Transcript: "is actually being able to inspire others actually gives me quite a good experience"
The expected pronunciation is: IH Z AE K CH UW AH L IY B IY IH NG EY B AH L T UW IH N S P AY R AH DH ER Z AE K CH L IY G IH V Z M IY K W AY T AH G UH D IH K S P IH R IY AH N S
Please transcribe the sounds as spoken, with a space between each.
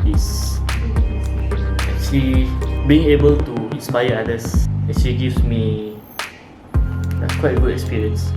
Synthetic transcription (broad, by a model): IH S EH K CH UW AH L IY B IY IH NG EY B AH L T UW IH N S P AY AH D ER S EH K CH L IY G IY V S M IY K W AY T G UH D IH K S P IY R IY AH N S